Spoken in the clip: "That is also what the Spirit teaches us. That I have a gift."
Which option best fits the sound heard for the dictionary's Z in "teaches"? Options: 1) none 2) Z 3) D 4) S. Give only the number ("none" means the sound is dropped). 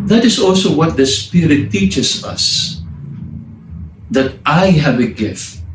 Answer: 4